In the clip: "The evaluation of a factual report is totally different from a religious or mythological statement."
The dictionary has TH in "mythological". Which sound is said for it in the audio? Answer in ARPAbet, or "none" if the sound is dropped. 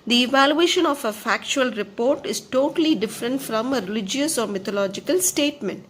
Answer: T